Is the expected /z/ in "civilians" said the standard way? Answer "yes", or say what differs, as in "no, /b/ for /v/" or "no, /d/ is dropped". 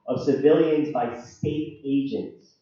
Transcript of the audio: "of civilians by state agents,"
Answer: yes